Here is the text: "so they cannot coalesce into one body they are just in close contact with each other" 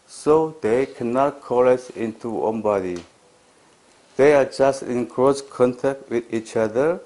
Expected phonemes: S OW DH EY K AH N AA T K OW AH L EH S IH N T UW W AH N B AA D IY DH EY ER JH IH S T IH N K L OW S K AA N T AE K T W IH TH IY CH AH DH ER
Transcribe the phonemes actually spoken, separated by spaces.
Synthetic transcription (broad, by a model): S OW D EY K AH N AA T K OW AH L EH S IH N T UW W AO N B AA D IY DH EY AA JH IH S T IH N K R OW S K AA N T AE K T W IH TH IY CH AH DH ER